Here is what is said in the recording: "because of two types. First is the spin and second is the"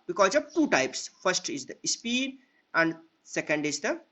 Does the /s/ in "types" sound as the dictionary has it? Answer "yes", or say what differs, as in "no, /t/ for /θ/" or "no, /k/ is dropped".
yes